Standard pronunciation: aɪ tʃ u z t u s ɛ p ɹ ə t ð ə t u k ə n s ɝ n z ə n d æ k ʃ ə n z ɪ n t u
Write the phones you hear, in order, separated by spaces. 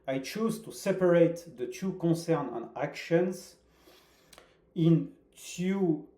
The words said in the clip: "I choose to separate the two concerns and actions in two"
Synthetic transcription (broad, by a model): aɪ tʃ u z t u s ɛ p ɹ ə t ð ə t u k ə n s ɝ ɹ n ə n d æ k ʃ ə n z ɪ n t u